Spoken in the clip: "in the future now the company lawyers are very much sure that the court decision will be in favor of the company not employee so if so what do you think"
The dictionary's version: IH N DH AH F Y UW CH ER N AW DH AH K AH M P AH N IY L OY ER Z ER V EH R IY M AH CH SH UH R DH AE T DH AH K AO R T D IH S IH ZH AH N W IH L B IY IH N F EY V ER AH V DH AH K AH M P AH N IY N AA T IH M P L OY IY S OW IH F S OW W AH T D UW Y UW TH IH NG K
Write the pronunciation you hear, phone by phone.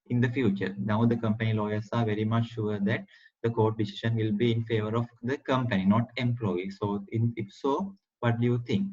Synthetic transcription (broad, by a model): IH N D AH F Y UW CH ER N AW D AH K AH M P AH N IY L OY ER S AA V EH R IY M AH CH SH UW R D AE T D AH K AO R T D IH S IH SH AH N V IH L B IY IH N F EY V ER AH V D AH K AH M P AH N IY N AA T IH M P L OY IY S OW IH F S OW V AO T D UW Y UW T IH NG K